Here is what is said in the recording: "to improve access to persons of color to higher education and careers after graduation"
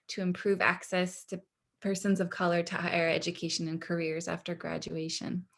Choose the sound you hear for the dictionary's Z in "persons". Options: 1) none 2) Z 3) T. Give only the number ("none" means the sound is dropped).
2